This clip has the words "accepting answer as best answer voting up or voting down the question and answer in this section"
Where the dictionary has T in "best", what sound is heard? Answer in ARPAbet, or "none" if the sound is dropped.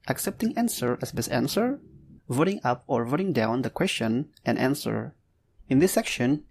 none